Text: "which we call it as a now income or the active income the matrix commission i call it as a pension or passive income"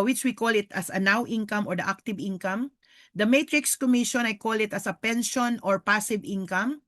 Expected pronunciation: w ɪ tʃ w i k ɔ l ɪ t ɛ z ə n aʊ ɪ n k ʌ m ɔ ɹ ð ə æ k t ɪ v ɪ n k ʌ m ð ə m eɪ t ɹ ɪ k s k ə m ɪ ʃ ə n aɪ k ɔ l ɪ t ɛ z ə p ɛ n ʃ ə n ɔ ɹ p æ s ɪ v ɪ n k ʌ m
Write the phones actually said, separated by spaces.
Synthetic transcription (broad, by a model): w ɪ tʃ w i k ɔ l ɪ t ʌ s ə n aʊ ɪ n k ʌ m ɔ ɹ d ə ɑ k t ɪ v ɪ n k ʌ m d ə m eɪ t ɹ ɪ k s k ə m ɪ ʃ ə n aɪ k ɔ l ɪ t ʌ s ə p ɛ n ʃ ə n ɔ ɹ p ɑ s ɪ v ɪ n k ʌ m